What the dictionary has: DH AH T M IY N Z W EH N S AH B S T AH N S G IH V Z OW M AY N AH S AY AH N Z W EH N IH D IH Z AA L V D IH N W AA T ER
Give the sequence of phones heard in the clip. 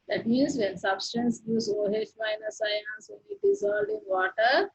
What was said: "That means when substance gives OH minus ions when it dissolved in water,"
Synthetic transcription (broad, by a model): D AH T M IY N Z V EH N S AH B S T AH N S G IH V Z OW M AY N AH S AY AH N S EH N IH D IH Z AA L D IH N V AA T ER